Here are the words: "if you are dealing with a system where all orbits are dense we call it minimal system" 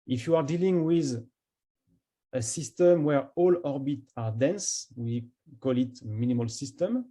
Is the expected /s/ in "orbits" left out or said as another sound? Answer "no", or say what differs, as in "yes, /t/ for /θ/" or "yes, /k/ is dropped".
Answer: yes, /s/ is dropped